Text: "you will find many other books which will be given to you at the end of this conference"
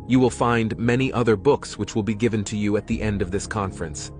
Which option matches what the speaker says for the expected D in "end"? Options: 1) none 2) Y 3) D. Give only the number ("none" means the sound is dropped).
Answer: 3